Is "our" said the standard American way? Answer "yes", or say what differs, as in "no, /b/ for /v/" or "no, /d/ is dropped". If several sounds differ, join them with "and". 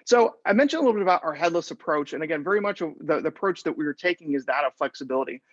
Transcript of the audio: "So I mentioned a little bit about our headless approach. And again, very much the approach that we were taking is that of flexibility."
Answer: yes